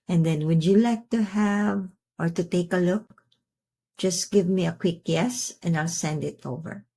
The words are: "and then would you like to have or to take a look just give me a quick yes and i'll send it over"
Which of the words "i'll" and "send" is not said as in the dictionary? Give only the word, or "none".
none